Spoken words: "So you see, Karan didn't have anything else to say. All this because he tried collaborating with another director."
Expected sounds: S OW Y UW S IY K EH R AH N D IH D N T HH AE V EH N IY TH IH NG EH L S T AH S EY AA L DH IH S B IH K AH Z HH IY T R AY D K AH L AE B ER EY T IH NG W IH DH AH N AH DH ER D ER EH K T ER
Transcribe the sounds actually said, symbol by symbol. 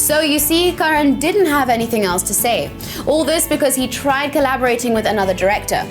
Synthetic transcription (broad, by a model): S OW Y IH S IY K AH R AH N D IH D N T HH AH V EH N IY TH IH NG EH L S T AH S EY AA L DH IH S B IH K AH Z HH IY T R AY D K AH L AE B ER EY T IH NG W IH DH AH N AH DH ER D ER EH K T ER